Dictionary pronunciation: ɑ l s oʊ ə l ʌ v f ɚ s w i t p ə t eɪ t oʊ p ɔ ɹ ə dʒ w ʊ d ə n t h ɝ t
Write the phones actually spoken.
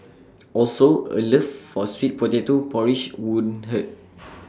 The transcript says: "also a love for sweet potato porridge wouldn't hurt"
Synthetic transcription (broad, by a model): ɑ l s oʊ ə l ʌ f f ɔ s w i t p ə t eɪ t oʊ p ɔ ɹ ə ʃ w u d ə n h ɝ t